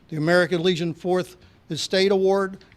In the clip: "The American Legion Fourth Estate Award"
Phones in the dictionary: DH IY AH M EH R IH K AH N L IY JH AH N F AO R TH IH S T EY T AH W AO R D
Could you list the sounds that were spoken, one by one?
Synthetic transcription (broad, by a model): DH IY AH M EH R IH K AH N L IY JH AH N F AO R TH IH S T EY T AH W AO R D